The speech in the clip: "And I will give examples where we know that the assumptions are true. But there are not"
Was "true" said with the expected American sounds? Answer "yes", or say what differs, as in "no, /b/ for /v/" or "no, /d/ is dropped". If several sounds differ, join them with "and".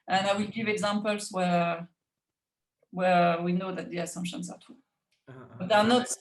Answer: no, /ɹ/ is dropped